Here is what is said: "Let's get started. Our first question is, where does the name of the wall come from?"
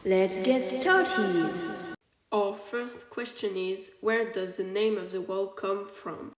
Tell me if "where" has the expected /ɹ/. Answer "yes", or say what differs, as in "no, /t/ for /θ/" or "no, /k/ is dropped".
yes